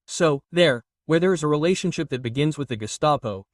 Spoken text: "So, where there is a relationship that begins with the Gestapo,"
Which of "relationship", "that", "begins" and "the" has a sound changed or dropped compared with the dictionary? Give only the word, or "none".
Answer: none